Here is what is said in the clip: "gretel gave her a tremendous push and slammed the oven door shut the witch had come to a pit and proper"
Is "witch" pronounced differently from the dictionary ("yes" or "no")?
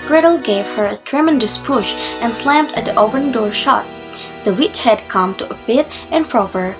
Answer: no